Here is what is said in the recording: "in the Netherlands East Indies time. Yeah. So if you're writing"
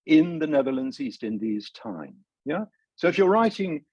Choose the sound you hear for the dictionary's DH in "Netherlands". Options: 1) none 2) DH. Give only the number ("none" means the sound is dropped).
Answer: 2